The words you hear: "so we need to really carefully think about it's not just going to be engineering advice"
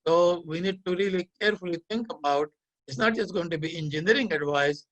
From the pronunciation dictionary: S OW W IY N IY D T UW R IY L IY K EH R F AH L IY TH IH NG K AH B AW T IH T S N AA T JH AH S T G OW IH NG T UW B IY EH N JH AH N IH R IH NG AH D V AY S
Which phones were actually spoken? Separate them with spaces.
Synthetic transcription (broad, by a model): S OW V IY N IY D T UW R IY L IY K EH R F AH L IY T IH NG K AH B AW T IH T S N AA T JH AH S T G OW IH NG T UW B IY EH N JH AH N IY R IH NG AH D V AY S